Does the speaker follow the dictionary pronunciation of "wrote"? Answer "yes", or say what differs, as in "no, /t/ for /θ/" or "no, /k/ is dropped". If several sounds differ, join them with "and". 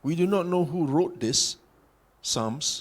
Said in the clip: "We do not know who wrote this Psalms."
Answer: yes